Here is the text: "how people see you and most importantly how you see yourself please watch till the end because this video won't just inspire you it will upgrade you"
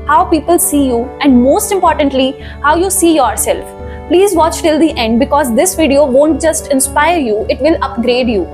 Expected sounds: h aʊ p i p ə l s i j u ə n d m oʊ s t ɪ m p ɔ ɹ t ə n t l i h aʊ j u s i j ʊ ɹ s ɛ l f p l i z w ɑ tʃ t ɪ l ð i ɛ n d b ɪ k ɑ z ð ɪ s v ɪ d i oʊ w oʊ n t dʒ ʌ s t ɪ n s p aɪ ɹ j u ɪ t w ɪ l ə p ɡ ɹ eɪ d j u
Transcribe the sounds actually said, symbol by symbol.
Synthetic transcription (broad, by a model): h aʊ p i p ə l s i j u ə n d m oʊ s t ɪ m p ɔ ɹ t ə n t l i h aʊ j u s i j ʊ ɹ s ɛ l f p l i z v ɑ tʃ t ɪ l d i ɛ n d b ɪ k ɑ z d ɪ s v ɪ d i oʊ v oʊ n t dʒ ʌ s t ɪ n s p aɪ ɹ j u ɪ t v ɪ l ə p ɡ ɹ eɪ d j u